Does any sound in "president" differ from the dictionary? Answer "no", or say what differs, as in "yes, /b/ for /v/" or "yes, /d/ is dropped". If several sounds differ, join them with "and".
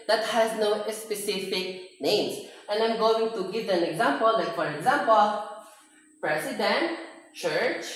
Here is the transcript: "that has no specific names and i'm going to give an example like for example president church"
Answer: yes, /s/ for /z/